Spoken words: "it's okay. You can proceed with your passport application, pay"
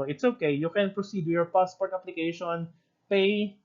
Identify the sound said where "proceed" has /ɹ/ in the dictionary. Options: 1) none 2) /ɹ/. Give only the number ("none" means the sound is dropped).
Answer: 2